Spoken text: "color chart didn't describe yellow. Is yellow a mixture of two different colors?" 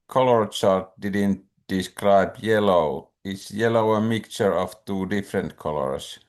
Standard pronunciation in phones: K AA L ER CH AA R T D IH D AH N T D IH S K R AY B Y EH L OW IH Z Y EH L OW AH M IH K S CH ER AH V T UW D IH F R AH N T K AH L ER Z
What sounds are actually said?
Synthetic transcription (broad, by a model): K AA L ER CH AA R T D IH D AH N T D IH S K R AY B Y EH L OW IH S Y EH L OW AH M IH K CH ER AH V T UW D IH F R AH N T K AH L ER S